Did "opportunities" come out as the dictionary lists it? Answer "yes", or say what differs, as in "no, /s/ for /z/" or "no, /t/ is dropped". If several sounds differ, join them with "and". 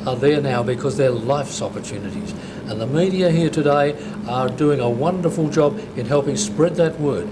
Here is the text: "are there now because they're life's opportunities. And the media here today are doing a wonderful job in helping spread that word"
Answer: yes